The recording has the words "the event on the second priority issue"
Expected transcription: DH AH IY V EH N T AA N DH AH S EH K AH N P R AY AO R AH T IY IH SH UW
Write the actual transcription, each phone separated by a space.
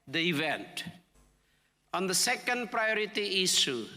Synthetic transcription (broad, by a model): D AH IY V EH N T AA N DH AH S EH K AH N P R AY AO R AH T IY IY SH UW